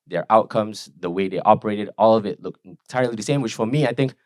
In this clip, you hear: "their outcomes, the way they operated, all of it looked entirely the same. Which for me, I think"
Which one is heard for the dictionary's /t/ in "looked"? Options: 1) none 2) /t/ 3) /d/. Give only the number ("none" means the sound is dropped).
1